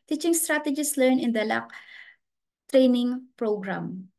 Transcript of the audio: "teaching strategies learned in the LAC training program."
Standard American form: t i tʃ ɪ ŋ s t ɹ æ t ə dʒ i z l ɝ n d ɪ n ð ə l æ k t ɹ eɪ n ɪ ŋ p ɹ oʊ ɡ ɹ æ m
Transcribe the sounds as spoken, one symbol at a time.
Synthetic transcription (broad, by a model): t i tʃ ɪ ŋ s t ɹ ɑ t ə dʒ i s l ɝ n ɪ n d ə l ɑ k t ɹ eɪ n ɪ ŋ p ɹ oʊ ɡ ɹ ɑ m